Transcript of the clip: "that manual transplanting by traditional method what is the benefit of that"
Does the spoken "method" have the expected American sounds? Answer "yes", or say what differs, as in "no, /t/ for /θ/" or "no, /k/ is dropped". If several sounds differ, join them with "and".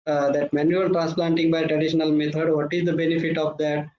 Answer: no, /t/ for /θ/